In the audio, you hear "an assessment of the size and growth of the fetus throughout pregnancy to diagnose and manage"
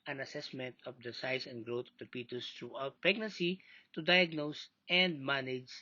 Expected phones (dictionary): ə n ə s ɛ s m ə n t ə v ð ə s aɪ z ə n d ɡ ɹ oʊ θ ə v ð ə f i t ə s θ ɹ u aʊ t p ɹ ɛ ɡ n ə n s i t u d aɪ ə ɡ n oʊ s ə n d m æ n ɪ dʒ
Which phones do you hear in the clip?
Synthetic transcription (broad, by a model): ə n ə s ɛ s m ə n t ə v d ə s aɪ s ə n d ɡ ɹ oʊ t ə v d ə p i t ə s t ɹ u aʊ t p ɹ ɛ ɡ n ə n s i t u d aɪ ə ɡ n oʊ s ə n d m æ n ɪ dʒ